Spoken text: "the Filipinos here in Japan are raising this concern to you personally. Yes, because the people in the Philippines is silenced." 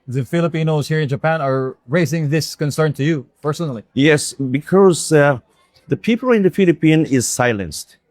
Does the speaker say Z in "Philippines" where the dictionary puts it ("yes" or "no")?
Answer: no